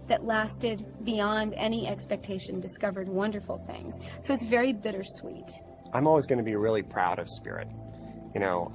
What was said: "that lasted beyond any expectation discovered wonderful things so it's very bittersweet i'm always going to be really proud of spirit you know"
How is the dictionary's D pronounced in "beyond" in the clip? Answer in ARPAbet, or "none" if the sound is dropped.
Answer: D